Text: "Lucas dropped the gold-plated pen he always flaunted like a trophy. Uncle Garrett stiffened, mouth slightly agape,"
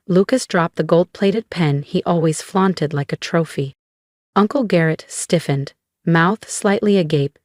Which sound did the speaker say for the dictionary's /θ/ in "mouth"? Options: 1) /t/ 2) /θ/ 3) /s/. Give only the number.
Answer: 2